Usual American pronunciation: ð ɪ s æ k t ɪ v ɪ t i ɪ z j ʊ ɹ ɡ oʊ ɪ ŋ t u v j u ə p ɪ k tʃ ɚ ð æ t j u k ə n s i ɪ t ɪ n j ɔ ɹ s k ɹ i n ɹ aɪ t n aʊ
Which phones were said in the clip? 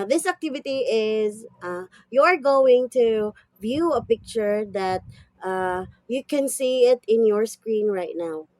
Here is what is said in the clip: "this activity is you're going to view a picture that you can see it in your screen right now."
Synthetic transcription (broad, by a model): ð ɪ s æ k t ɪ v ɪ t i ɪ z j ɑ ɹ ɡ oʊ ɪ ŋ t u v j u ə p ɪ k tʃ ɚ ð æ t j u k ə n s i ɪ t ɪ n j ɔ ɹ s k ɹ i n ɹ aɪ t n aʊ